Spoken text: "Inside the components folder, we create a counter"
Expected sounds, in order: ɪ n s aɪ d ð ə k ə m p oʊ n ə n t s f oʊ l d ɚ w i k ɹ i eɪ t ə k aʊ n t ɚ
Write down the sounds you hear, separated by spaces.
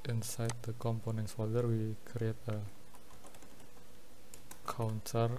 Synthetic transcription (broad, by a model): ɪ n s aɪ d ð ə k ə m p oʊ n ə n t s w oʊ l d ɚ w i k ɹ i eɪ t ə k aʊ n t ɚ